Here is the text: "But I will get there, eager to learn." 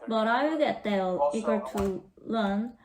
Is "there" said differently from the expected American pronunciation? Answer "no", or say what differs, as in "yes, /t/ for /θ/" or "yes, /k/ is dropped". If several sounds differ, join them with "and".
yes, /l/ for /ɹ/